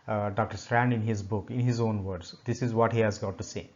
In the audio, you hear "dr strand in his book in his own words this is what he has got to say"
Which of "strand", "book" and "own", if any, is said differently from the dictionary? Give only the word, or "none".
none